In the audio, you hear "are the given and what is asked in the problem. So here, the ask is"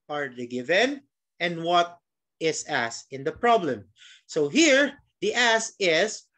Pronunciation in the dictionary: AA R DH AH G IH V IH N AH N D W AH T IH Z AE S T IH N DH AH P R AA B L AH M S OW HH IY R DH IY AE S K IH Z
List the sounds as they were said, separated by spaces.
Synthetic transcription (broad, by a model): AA R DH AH G IH V IH N AH N D W AH T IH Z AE S IH N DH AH P R AA B L AH M S OW HH IY R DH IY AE S IH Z